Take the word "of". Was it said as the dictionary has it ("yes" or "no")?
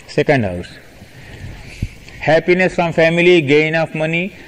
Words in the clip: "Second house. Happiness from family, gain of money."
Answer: no